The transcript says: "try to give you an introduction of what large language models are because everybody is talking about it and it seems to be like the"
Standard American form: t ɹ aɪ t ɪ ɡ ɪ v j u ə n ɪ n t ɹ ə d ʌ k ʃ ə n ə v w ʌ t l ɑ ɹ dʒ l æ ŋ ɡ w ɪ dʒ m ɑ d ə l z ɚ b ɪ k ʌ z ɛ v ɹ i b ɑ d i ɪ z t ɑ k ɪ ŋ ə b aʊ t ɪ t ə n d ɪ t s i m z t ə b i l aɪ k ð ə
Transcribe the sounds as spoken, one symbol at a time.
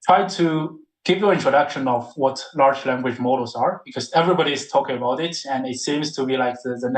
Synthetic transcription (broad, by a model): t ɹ aɪ t ɪ ɡ ɪ v j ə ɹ ɪ n t ɹ ə d ʌ k ʃ ə n ə v w ʌ t l ɑ ɹ dʒ l æ ŋ ɡ w ɪ dʒ m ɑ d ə z ɚ b ɪ k ʌ z ɛ v ɹ i b ɑ d i ɪ z t ɑ k ɪ ŋ ə b aʊ t ɪ t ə n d ɪ t s i m z t ə b i l aɪ k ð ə